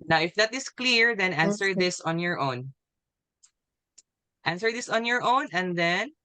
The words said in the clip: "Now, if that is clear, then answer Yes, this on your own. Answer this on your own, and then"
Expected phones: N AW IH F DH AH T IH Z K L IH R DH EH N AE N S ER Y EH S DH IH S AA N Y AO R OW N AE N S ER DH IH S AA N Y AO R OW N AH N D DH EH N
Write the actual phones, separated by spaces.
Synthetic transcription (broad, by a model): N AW IH F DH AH T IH S K L IH R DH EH N AE N S ER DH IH S AA N Y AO R OW N AE N S ER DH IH S AA N Y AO R OW N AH N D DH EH N